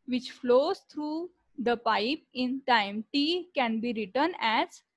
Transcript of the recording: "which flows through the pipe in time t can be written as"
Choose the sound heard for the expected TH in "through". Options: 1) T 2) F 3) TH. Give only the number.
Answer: 1